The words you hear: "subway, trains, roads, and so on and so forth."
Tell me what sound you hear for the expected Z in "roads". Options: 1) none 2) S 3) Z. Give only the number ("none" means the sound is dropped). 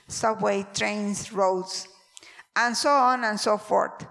2